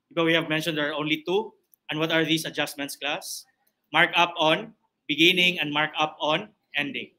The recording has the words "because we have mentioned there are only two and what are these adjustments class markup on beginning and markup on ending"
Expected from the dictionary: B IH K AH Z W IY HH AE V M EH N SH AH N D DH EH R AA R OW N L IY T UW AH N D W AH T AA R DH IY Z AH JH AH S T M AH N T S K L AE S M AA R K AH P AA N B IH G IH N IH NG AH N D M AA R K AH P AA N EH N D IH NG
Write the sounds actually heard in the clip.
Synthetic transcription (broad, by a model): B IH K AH W IY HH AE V M EH N SH AH N D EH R AA R OW N L IY T UW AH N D W AH T AA R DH IY S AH JH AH S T M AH N T S K L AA S M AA R K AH P AA N B IH G IH N IH NG AH N D M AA R K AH P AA N EH N D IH NG